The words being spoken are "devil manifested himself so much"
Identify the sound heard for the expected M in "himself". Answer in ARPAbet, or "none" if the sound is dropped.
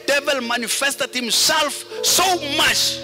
M